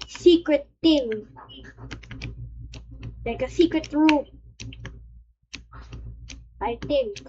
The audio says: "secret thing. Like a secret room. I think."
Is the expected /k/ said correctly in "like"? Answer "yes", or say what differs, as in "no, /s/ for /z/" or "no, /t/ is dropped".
yes